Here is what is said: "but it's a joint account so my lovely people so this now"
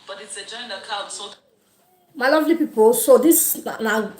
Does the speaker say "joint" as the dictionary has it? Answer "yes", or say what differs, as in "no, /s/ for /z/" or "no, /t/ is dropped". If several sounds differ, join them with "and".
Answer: no, /t/ is dropped